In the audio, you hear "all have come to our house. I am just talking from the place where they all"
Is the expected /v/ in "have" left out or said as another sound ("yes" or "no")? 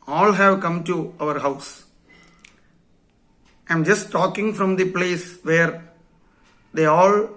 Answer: no